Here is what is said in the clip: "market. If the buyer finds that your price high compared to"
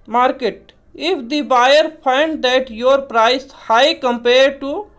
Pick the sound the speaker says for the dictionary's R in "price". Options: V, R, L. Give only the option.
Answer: R